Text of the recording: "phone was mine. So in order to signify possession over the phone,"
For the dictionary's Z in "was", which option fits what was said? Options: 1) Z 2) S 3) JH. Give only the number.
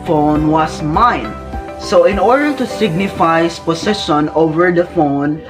2